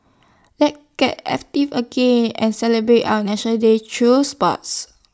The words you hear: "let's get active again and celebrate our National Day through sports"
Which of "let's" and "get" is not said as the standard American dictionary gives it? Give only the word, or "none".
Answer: let's